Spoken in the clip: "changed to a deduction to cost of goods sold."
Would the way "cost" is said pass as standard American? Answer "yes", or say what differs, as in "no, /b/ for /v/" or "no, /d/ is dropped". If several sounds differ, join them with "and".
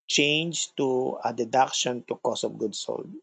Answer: no, /t/ is dropped